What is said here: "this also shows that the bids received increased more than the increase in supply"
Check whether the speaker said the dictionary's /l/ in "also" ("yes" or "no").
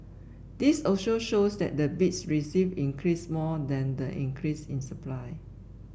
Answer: no